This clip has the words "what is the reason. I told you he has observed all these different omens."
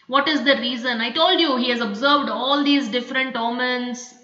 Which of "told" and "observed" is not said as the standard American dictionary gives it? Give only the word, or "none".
none